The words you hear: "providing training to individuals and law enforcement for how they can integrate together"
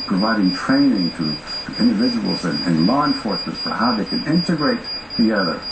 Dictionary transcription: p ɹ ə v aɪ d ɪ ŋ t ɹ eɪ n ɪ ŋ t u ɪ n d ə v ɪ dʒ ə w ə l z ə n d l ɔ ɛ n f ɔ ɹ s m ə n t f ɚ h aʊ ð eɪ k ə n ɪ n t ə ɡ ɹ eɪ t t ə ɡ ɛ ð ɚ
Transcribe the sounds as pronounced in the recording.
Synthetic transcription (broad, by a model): p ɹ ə v aɪ d ɪ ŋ t ɹ eɪ n ɪ ŋ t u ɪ n d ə v ɪ dʒ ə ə l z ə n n l ɔ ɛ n f ɔ ɹ s ə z f ɚ h aʊ ð eɪ k ə n ɪ n t ə ɡ ɹ eɪ t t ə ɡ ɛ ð ɚ